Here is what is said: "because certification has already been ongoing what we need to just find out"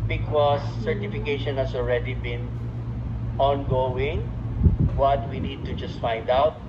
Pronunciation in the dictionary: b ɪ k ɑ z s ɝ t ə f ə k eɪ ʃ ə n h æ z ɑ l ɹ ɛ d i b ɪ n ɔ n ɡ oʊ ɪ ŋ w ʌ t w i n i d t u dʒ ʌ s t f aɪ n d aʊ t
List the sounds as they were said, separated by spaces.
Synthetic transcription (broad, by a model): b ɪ k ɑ s ɝ t ə f ə k eɪ ʃ ə n h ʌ s ɑ l ɹ ɛ d i b ɪ n ɔ n ɡ oʊ ɪ ŋ w ʌ t w i n i d t u dʒ ʌ s t f aɪ n d aʊ t